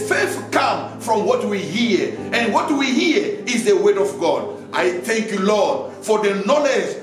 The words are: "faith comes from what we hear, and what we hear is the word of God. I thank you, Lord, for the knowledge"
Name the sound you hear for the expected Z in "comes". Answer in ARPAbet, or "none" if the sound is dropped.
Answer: none